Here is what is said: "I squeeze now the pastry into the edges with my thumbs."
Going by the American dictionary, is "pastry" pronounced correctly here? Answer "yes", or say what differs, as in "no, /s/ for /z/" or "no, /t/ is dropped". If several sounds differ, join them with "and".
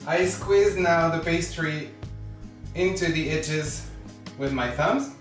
no, /b/ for /p/